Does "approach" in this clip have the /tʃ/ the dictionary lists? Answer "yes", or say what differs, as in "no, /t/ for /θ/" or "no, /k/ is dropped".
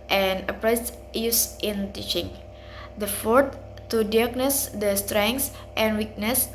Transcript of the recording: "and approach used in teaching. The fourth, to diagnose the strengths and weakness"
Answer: no, /s/ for /tʃ/